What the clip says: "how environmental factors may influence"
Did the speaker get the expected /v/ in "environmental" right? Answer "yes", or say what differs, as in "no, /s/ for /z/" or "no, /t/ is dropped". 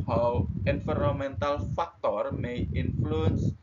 no, /f/ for /v/